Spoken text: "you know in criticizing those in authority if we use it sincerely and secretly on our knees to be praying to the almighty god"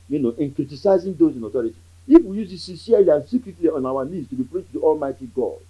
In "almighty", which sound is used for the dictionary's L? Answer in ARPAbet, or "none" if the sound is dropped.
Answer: L